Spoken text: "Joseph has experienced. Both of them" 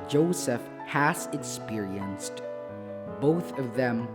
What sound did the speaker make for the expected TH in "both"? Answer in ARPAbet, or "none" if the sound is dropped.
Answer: TH